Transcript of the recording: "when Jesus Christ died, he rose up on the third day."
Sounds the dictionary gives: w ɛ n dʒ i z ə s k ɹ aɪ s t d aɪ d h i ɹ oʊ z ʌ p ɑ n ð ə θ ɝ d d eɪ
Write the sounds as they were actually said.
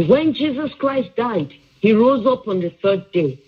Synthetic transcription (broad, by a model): w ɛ n dʒ i z ə s k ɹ aɪ s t d aɪ d h i ɹ oʊ z ʌ p ɑ n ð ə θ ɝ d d eɪ